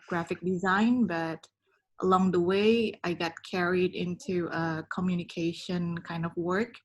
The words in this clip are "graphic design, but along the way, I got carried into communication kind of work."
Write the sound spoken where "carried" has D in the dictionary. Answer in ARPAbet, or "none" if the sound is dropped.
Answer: D